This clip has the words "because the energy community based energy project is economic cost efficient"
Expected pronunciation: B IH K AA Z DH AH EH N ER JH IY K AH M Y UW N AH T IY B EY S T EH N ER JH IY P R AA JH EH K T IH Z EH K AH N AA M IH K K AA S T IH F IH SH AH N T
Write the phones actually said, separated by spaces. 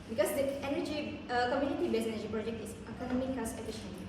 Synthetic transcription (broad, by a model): B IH K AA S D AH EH N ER JH IY K AH M Y UW N AH T IY B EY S EH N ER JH IY P R AA JH EH K T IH S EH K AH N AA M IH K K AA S IH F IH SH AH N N